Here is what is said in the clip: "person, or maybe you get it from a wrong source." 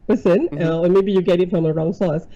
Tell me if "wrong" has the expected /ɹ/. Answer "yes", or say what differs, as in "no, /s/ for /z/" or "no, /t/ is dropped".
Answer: yes